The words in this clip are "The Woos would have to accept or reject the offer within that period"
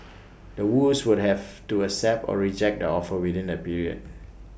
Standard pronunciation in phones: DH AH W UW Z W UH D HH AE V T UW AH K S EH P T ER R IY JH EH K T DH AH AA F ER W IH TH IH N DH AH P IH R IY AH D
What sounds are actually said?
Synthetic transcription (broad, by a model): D AH W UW S W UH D HH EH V T UW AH S EH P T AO R IY JH EH K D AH AA F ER W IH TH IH N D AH P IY R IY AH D